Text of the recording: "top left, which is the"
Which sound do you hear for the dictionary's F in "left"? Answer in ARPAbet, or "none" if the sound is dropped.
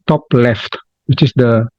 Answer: F